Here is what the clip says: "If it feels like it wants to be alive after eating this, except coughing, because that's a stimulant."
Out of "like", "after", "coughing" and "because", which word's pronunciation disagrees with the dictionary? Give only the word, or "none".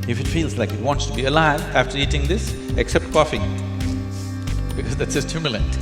none